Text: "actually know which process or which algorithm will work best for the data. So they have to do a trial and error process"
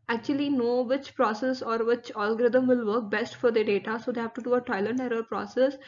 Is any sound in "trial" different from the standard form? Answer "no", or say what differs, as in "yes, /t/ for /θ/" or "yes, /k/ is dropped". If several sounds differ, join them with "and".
yes, /ɹ/ is dropped